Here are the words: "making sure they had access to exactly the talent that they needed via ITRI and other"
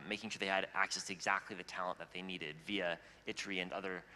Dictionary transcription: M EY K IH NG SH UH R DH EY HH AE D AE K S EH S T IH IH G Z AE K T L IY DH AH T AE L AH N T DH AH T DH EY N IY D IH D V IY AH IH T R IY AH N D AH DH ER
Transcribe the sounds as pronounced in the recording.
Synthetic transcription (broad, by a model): M EY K IH NG SH UH R DH EY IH D AE K S EH S T IH IH G Z AE K T L IY DH AH T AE L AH N DH AH T DH EY N IY D IH D V IY AH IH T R IY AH N AH DH ER